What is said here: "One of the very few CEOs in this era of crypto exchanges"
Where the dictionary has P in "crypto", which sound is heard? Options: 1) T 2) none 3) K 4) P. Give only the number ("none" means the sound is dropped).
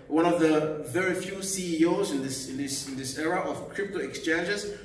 4